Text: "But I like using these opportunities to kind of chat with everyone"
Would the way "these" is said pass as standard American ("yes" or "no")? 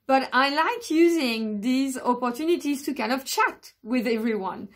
yes